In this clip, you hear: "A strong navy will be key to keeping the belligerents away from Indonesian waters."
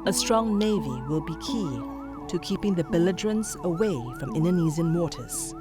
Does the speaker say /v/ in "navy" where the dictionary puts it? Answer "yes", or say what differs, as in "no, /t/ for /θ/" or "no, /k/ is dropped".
yes